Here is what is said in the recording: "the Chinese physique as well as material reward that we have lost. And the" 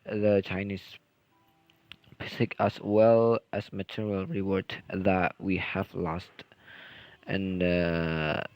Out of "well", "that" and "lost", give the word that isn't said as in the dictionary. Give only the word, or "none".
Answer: none